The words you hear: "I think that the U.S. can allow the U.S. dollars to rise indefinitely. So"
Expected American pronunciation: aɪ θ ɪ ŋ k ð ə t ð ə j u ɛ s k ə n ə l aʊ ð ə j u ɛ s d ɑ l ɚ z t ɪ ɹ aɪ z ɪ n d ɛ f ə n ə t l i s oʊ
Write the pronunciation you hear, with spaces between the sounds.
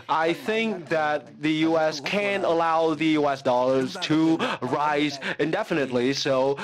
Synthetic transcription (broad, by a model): aɪ θ ɪ ŋ k ð ə t ð ə j u ɛ s k ə n ə l aʊ ð ə j u ɛ s d ɑ l ɚ z t ɪ ɹ aɪ z ɪ n d ɛ f ə n ə t l i s oʊ